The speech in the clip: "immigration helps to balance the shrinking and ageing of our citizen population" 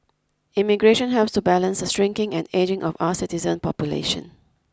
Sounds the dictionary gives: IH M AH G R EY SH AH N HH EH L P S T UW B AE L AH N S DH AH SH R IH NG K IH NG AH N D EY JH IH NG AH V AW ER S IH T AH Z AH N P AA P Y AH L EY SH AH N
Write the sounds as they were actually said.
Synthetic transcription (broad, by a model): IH M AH G R EY SH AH N HH EH L P S T UW B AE L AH N S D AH S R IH NG K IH NG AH N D EY JH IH NG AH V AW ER S IH T AH Z AH N P AA P Y AH L EY SH AH N